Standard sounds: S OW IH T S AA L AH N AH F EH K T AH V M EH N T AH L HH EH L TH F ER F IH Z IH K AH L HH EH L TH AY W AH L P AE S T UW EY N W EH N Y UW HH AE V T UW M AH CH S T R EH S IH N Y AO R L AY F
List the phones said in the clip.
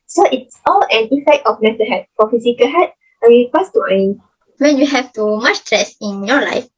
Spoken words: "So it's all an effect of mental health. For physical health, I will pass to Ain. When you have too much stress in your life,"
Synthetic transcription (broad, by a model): S OW IH T S AA L AH N AH F EH K T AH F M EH T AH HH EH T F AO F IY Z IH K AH HH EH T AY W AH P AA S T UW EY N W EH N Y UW HH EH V T UW M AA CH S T R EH S IH N Y AO L AY F